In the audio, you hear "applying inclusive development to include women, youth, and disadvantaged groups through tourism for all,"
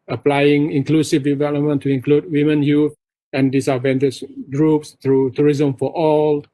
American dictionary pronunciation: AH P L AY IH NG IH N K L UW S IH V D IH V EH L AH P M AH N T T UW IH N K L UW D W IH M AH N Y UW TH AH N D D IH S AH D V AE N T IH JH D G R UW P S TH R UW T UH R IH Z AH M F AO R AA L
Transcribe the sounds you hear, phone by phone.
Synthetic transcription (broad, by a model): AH P L AY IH NG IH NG K L UW S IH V D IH V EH L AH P M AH N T T UW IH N K L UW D W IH M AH N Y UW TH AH N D D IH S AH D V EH N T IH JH G R UW P S T R UW T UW R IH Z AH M F AO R AA L